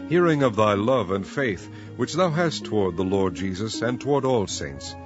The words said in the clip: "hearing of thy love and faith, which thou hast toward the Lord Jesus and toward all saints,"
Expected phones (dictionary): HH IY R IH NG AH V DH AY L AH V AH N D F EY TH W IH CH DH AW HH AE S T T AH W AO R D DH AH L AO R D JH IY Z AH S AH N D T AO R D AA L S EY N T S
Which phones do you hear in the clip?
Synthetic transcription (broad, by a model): HH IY R IH NG AH V DH AY L AH V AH N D F EY TH W IH CH DH AW HH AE S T T AH W AO R D DH AH L AO R D JH IY Z AH S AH N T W AO R D AA L S EY N T S